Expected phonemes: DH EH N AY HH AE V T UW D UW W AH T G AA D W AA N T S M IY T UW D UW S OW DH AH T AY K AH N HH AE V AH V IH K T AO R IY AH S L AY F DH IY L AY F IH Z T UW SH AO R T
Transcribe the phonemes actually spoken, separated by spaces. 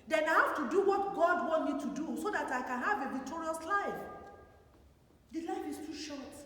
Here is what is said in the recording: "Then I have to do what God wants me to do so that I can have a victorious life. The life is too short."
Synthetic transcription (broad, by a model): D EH N AY HH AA F T UW D UW W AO T G AA D W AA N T M IY T UW D UW S OW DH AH T AY K AH N HH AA V AH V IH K T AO R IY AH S L AY F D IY L AY F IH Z T UW SH AO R T